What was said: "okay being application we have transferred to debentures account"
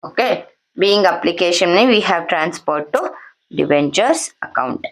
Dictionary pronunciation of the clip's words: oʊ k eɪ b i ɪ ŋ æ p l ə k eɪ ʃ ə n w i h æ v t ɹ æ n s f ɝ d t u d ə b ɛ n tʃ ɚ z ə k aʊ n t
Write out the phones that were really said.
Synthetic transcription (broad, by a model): oʊ k eɪ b i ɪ ŋ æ p l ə k eɪ ʃ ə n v i h æ v t ɹ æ n s p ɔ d t u d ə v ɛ n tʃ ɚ s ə k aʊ n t